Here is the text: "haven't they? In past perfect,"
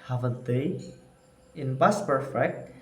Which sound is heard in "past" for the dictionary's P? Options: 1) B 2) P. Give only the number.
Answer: 1